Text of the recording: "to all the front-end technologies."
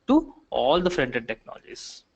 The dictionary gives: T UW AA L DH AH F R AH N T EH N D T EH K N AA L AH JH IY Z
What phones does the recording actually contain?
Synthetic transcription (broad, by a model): T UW AA L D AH F R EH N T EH D T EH K N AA L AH JH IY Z